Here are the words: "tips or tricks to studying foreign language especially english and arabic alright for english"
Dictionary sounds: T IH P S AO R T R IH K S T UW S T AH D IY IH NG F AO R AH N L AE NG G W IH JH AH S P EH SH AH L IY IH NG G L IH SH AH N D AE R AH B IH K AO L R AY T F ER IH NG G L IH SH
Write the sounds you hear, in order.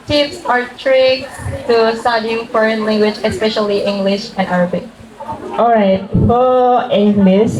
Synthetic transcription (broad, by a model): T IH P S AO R T R IH K S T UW S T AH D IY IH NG F AO R AH N L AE NG G W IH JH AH S P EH SH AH L IY IH NG G L IH SH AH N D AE R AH B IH K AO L R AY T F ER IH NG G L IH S